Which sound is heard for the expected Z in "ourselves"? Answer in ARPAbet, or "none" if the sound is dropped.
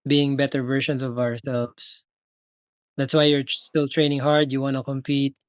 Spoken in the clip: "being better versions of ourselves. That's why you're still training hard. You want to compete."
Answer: S